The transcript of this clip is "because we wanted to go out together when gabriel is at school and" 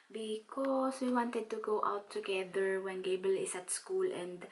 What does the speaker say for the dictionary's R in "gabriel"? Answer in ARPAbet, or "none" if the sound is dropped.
none